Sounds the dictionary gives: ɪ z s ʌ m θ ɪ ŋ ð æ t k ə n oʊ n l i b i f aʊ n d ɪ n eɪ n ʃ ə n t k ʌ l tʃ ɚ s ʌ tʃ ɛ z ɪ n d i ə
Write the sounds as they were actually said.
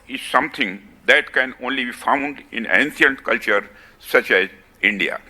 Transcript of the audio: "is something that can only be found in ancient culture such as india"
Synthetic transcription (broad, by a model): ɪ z s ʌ m t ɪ ŋ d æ t k ə n oʊ n l i b i f aʊ n d ɪ n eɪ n s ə n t k ʌ l tʃ ɚ s ʌ tʃ ɛ z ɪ n d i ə